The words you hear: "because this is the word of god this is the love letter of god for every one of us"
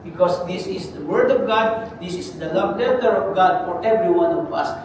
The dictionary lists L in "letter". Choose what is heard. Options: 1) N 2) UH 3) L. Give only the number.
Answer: 1